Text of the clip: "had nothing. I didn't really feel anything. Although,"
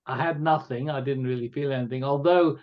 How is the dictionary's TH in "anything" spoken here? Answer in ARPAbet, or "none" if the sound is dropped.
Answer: TH